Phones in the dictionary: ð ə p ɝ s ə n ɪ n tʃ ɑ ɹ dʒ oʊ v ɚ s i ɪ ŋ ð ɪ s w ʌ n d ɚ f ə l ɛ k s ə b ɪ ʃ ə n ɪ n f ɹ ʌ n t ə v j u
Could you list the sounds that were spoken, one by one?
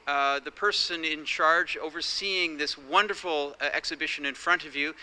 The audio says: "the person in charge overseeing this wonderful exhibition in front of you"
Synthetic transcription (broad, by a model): ð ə p ɝ s ə n ɪ n tʃ ɑ ɹ dʒ oʊ v ɚ s i ɪ ŋ ð ɪ s w ʌ n d ɚ f l ɛ k s ə b ɪ ʃ ə n ɪ n f ɹ ʌ n t ə v j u